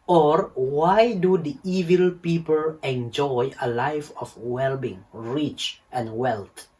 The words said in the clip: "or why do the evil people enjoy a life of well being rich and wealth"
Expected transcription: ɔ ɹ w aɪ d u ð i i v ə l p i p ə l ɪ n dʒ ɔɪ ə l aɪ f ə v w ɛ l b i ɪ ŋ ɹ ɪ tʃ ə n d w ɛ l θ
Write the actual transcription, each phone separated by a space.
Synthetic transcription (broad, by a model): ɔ ɹ w aɪ d u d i i v ə l p i p ə l ɪ n dʒ ɔɪ ə l aɪ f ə f w ɛ l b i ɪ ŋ ɹ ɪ tʃ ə n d w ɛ l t